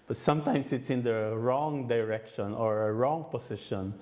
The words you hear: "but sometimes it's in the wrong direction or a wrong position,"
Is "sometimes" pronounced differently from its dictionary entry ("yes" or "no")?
yes